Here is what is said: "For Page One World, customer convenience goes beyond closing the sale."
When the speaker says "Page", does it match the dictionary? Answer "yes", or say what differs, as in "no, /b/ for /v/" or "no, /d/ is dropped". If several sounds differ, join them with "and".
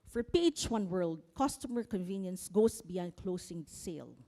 no, /tʃ/ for /dʒ/